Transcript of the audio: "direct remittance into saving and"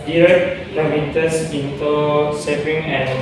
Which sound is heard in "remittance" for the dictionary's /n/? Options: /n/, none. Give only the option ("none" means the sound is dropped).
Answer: none